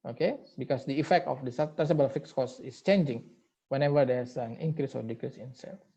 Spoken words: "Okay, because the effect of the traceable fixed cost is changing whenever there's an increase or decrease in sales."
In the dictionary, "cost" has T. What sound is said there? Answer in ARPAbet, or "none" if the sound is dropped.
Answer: none